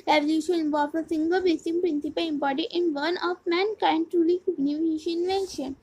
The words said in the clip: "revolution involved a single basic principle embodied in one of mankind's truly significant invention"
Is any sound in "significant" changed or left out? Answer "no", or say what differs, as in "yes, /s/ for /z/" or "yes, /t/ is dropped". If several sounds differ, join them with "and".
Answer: yes, /k/ is dropped